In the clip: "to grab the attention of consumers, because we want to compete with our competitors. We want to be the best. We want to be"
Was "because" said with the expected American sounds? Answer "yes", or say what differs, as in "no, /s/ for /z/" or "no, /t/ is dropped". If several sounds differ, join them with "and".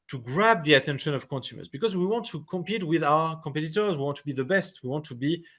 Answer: yes